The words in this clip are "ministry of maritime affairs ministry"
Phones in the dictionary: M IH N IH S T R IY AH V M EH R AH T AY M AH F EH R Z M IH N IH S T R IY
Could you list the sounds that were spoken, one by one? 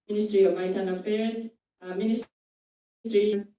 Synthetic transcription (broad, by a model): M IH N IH S T R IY AH V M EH AH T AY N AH F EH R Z M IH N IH S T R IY